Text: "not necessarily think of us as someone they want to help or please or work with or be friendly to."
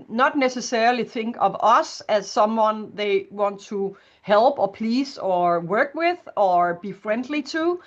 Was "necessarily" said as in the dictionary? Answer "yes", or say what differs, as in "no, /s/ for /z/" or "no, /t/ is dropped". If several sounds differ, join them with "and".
no, /ɹ/ is dropped